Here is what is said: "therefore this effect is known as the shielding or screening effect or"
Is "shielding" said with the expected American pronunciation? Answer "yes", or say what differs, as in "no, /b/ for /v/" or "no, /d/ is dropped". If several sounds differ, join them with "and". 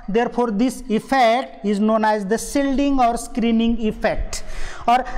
no, /s/ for /ʃ/